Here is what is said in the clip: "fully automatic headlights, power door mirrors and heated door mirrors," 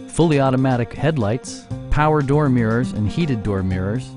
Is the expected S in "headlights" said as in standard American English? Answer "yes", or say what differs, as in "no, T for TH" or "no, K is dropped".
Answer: yes